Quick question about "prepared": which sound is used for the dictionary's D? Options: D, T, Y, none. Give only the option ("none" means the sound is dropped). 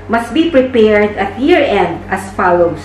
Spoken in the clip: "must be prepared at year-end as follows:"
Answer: D